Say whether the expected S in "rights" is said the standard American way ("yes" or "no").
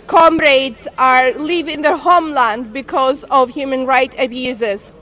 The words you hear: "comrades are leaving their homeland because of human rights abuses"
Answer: no